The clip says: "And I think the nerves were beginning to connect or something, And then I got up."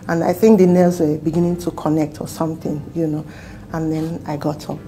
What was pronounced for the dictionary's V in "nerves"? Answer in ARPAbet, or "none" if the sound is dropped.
none